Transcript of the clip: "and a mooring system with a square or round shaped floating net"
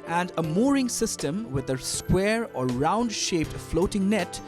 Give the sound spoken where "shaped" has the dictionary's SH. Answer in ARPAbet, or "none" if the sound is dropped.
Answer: SH